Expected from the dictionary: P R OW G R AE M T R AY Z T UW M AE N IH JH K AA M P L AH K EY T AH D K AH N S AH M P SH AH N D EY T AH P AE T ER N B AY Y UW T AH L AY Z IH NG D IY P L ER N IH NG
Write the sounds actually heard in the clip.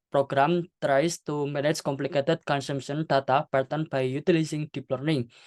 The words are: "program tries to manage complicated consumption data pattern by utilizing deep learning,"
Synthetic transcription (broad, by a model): P R OW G R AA M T R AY S T UW M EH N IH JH K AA M P L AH K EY T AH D K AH N S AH M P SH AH N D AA T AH B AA T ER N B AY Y UW T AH L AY S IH NG D IY P L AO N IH NG